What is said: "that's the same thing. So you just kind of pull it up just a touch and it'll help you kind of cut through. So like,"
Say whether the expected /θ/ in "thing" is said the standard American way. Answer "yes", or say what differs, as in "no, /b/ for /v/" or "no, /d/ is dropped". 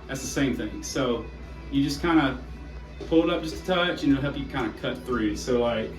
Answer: yes